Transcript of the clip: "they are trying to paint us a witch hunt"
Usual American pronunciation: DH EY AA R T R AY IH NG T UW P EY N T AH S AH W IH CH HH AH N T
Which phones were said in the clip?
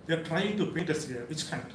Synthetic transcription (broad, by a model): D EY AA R T R AY IH NG T UW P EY T AH S AH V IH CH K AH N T